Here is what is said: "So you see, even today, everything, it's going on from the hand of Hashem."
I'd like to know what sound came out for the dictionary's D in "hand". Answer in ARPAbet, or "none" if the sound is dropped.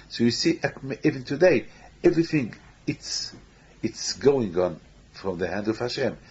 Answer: D